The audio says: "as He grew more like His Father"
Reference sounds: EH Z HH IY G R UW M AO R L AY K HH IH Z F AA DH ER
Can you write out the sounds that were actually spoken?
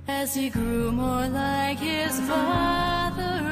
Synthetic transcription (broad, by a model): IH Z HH IY G R UW M AO R L AY K HH IH Z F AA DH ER